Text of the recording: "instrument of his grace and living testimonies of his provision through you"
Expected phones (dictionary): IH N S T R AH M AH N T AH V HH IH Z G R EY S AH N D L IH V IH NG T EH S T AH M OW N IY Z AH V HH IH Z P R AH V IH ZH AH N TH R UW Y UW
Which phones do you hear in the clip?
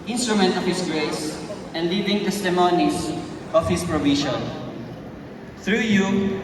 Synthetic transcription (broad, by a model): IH N S T R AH M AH N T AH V HH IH S G R EY S AH N D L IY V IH NG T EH S T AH M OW N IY S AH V HH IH S P R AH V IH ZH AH N TH R UW Y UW